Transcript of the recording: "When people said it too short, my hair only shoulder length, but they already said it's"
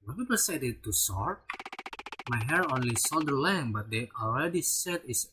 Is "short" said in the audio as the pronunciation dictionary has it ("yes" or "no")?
no